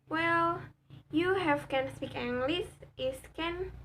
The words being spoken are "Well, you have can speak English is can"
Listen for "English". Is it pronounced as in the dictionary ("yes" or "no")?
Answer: no